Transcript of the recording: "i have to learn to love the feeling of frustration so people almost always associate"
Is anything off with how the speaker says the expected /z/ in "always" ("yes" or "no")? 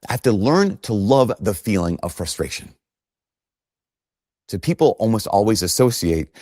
no